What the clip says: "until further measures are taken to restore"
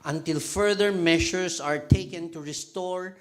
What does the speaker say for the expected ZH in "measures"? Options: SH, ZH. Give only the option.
SH